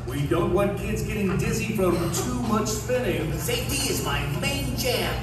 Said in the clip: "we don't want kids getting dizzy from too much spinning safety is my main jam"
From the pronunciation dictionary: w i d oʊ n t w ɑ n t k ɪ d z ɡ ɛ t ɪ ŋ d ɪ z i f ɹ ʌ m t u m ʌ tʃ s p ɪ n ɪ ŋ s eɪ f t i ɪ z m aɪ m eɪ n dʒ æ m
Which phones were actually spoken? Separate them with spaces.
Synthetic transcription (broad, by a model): w i d oʊ n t w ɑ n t k ɪ d z ɡ ɛ t ɪ ŋ d ɪ z i f ɹ ʌ m t u m ʌ tʃ s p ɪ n ɪ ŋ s eɪ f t i ɪ z m aɪ m eɪ n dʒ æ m